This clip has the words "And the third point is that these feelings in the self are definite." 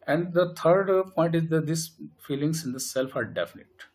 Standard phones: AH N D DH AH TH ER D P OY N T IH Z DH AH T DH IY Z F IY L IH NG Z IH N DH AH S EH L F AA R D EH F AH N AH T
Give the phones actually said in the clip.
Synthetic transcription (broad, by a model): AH N D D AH T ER D P OY N T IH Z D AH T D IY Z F IY L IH NG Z IH N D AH S EH L F AA R D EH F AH N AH T